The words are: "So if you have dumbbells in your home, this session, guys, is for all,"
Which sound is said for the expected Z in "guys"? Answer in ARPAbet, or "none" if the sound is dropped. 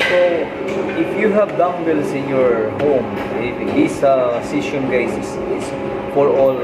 S